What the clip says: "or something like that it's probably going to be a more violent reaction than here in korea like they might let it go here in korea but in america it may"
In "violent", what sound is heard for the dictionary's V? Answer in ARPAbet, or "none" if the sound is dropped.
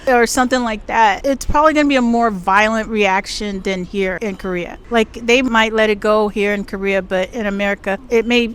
V